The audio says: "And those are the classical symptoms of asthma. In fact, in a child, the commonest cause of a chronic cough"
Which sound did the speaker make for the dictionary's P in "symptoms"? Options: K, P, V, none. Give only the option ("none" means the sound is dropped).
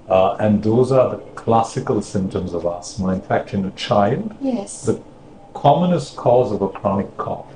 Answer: P